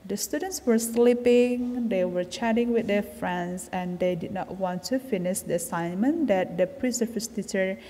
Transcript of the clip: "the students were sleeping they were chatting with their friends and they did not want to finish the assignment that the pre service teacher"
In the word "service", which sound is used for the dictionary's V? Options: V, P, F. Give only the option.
F